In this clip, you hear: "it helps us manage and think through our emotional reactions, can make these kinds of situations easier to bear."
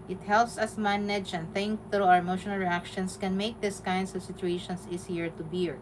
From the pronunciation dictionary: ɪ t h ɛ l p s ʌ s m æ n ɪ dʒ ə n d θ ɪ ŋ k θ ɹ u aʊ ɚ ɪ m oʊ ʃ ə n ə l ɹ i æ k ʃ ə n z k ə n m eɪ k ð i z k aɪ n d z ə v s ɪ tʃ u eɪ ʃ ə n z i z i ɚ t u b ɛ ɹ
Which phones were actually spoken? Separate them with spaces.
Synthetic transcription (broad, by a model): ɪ t h ɛ l p s ʌ s m æ n ɪ dʒ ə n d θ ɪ ŋ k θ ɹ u aʊ ɚ m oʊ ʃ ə n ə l ɹ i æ k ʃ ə n s k ə n m eɪ k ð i s k aɪ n d s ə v s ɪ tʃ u eɪ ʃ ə n s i s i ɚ t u b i ɹ